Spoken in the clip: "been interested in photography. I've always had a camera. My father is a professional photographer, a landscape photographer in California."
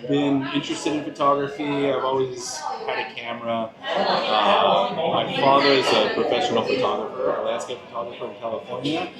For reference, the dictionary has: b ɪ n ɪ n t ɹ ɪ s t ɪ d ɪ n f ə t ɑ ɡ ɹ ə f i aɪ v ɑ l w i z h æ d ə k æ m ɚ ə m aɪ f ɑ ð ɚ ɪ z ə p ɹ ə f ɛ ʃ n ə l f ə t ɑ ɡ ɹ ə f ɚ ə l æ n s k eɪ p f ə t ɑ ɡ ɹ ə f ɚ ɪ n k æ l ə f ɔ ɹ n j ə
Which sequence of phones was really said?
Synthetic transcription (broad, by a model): b ɪ n ɪ n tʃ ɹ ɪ s t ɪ d ɪ n f ə t ɑ ɡ ɹ ə f i aɪ v ɑ l w i z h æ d ə k æ m ɚ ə m aɪ f ɑ ð ɚ ɪ z ə p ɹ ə f ɛ ʃ n l f ə t ɑ ɡ ɹ ə f ɚ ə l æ s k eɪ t f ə t ɑ ɡ ɹ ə f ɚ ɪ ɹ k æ l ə f ɔ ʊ n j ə